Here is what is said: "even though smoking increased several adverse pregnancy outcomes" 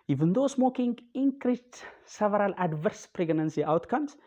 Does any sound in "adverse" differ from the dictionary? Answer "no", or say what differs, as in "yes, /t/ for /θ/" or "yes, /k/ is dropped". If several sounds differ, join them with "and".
no